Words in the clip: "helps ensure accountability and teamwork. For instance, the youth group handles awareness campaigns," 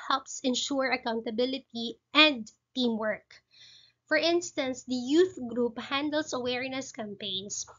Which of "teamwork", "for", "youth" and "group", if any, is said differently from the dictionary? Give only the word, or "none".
none